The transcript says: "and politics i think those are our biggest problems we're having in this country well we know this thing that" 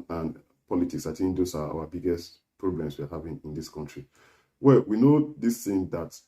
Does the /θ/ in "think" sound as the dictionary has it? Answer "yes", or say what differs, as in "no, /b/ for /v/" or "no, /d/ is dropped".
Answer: no, /t/ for /θ/